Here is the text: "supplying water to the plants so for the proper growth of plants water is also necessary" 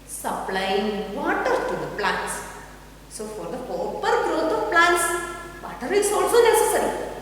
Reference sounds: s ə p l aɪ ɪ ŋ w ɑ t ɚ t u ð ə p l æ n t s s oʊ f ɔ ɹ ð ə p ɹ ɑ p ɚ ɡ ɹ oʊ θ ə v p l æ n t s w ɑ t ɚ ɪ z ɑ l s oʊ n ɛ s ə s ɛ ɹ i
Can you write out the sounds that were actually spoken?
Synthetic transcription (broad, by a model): s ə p l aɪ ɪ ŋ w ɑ t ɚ t u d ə p l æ n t s s oʊ f ɔ ɹ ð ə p ɑ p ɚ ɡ ɹ oʊ t ə v p l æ n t s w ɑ t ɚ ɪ s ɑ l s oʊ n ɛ s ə s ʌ ɹ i